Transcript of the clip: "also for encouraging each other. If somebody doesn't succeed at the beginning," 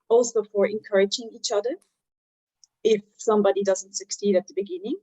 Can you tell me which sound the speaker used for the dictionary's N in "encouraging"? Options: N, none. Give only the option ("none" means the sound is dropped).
N